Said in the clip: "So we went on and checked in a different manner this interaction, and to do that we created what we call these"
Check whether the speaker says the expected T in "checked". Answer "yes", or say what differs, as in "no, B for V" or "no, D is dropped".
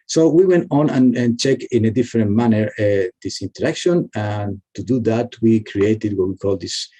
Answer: no, T is dropped